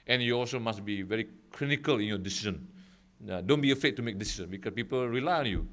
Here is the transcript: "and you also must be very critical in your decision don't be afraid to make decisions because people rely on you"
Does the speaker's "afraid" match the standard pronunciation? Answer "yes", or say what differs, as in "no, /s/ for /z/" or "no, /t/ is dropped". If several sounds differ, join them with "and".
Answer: no, /ɹ/ is dropped